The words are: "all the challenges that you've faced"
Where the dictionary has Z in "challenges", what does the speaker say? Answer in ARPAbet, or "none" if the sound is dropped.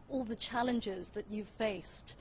Z